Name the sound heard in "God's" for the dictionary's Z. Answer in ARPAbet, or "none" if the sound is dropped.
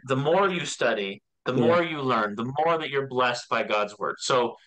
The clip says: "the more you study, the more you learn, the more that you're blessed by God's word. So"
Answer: Z